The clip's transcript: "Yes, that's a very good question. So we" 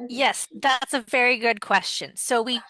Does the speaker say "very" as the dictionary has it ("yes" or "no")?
yes